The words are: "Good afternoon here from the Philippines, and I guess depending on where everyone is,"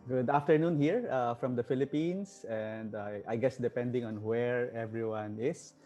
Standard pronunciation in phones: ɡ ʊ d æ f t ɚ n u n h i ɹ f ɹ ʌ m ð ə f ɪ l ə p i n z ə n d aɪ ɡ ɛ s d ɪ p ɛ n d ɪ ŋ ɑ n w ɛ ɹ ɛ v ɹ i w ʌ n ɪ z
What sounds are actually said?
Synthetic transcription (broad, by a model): ɡ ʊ d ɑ f t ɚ n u n h i ɹ f ɹ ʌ m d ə f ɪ l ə p i n s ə n d aɪ ɡ ɛ s d ɪ p ɛ n d ɪ ŋ ɑ n w ɛ ɹ ɛ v ɹ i w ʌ n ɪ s